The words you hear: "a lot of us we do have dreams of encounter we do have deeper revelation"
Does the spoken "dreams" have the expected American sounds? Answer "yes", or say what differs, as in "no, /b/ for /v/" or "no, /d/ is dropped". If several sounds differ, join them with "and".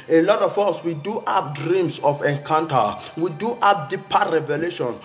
no, /s/ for /z/